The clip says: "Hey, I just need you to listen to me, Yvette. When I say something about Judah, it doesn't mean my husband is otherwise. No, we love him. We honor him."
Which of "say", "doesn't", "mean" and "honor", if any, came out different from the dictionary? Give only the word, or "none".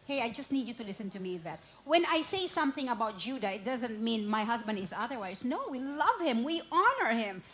none